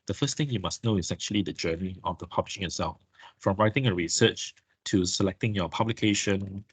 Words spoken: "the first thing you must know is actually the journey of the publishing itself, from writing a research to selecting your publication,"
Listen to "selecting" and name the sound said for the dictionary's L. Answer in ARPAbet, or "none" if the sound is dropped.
L